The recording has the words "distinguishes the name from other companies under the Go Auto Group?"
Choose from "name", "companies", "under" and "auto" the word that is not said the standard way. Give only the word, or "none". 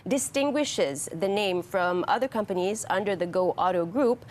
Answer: none